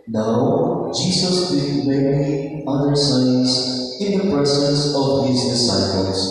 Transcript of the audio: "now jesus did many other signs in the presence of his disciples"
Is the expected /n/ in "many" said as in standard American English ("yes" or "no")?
no